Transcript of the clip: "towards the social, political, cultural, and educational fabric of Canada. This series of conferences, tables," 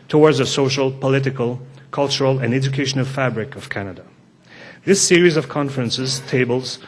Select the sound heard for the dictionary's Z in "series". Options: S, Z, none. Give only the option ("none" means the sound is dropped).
Z